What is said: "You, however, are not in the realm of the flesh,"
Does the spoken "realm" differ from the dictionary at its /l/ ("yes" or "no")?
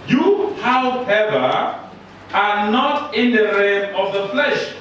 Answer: yes